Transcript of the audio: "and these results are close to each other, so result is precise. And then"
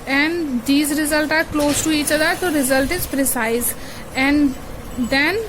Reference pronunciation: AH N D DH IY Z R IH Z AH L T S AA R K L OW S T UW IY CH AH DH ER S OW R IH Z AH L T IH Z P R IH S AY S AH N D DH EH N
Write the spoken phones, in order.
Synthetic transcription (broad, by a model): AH N D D IY Z R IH Z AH L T AA R K L OW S T UW IY CH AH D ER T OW R IH Z AH L T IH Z P R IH S AY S AH N D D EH N